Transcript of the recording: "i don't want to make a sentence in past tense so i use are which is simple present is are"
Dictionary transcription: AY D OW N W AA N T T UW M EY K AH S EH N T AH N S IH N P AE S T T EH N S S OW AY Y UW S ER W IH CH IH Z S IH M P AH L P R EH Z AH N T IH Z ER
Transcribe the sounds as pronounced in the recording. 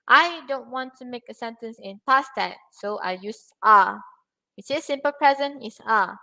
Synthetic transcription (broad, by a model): AY D OW N W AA N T T UW M EY K AH S EH N T AH N S IH N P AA S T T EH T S S OW AY Y UW S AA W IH S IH S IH M P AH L P R EH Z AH N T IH S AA